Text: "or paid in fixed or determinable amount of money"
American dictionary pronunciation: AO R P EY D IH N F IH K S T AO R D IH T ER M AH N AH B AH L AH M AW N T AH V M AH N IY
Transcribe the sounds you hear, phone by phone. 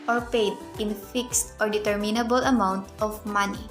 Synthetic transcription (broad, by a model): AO R P EY D IH N F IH K S T AO R D IH T ER M AH N AH B AH L AH M AW N T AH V M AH N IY